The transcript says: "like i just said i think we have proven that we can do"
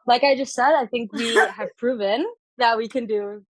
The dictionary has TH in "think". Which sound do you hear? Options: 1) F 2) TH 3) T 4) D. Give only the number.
2